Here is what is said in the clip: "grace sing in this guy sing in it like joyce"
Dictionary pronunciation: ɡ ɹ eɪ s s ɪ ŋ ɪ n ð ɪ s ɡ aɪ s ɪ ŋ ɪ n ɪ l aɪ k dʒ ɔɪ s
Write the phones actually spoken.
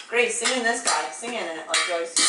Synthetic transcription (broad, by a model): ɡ ɹ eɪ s s ɪ ŋ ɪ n ð ɪ s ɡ aɪ s ɪ ŋ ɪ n ɪ n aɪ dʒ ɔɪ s